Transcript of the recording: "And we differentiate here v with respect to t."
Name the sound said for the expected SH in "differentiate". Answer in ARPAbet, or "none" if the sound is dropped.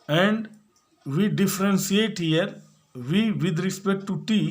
S